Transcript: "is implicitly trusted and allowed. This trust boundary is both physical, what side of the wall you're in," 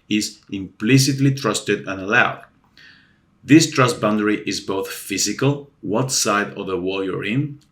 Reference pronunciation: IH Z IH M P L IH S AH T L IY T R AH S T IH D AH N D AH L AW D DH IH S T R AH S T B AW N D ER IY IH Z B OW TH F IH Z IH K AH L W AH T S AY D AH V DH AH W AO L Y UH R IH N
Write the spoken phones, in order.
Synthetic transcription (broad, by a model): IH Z IH M P L IH S AH T L IY T R AH S T IH D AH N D AH L AW D DH IH S T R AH S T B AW N D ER IY IH Z B OW TH F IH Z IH K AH L W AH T S AY D AH V DH AH W AO L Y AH R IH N